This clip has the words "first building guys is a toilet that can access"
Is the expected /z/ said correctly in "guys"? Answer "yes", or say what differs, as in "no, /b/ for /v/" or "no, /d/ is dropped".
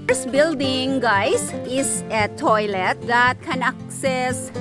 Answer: no, /s/ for /z/